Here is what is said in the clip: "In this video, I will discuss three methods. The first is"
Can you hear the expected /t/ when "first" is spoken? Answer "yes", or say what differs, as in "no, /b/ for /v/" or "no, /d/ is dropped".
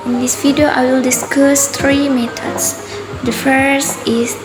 no, /t/ is dropped